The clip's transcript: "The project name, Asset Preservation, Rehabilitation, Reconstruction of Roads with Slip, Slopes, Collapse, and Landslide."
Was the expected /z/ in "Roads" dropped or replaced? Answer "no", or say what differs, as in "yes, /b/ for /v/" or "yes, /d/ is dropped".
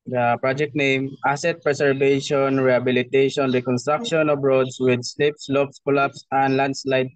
yes, /s/ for /z/